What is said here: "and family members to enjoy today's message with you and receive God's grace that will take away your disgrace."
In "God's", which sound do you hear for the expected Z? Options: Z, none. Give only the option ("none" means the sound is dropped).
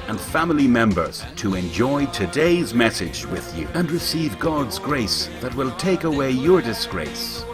Z